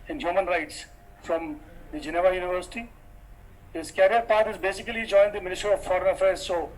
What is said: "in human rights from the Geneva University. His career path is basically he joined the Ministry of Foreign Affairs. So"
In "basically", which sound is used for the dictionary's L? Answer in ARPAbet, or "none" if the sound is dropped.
none